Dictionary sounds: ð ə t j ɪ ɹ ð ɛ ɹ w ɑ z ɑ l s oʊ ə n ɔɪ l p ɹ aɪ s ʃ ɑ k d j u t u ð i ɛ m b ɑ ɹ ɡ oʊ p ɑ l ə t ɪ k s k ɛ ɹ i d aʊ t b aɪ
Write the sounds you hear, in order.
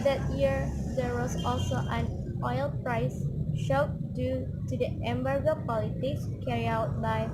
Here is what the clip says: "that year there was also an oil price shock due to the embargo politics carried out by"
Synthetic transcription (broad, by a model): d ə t j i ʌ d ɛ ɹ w ɑ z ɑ l s oʊ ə n ɔɪ l p ɹ aɪ s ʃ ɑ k d j u t u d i ɛ m b ɑ ɹ ɡ oʊ p ɑ l ə t ɪ k s k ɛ ɹ i aʊ t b aɪ